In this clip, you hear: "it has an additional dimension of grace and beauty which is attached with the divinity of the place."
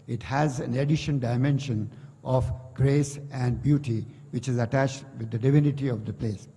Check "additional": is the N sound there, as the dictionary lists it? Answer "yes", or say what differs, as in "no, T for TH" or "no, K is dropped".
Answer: no, N is dropped